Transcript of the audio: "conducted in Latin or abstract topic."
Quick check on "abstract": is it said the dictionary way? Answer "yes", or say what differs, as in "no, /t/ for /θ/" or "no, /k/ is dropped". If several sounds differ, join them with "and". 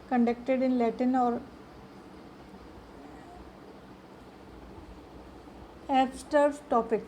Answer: no, /ɹ/ is dropped